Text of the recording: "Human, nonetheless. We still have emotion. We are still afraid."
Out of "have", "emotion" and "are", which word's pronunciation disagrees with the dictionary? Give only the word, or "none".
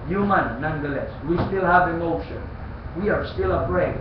none